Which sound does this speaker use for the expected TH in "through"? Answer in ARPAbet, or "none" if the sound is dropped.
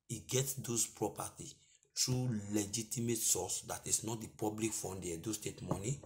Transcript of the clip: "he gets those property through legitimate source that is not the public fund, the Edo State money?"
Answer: T